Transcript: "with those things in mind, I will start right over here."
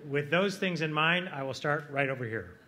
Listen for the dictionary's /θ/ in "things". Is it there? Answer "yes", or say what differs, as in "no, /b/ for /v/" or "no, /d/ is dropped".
yes